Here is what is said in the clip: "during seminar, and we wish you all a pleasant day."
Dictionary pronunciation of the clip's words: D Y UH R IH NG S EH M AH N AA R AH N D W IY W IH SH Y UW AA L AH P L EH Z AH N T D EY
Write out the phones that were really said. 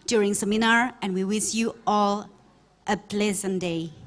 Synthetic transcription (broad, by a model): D Y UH R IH NG S EH M AH N AA R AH N W IY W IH S Y UW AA L AH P L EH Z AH N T D EY